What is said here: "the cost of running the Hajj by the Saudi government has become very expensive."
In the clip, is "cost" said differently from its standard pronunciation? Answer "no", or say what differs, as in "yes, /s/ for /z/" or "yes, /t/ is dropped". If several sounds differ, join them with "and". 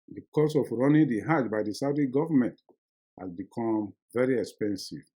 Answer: yes, /t/ is dropped